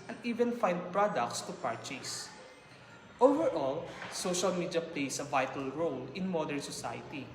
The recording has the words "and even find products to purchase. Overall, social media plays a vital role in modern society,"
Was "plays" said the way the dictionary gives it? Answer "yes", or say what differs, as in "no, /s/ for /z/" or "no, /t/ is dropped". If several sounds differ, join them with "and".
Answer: no, /s/ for /z/